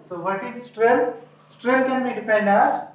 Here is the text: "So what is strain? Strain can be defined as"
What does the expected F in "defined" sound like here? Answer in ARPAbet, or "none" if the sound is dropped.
P